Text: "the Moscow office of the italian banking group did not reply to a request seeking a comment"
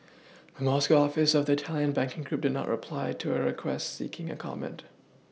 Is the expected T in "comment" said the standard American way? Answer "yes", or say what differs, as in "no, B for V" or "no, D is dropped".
yes